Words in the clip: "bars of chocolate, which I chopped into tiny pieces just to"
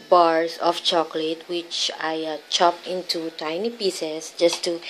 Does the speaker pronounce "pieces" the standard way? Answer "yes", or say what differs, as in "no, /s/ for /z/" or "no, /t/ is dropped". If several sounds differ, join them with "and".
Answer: no, /s/ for /z/